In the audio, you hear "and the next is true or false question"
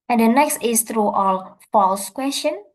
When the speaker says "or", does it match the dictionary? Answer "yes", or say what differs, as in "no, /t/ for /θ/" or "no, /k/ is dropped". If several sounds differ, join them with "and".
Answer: no, /l/ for /ɹ/